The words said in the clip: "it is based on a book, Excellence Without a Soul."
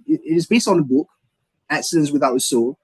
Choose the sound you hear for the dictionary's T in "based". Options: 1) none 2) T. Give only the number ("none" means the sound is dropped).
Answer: 2